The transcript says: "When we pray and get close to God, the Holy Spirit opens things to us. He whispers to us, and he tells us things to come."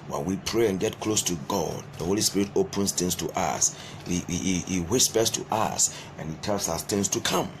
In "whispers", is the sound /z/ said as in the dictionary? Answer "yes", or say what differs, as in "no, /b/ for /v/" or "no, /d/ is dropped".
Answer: no, /s/ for /z/